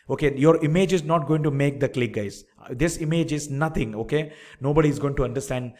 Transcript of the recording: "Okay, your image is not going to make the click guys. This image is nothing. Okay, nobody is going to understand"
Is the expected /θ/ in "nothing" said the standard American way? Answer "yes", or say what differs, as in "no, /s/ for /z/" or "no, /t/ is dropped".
no, /t/ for /θ/